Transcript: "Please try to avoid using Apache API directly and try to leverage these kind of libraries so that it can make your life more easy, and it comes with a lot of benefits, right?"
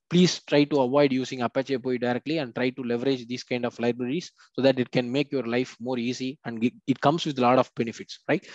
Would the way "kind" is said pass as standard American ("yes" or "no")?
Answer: yes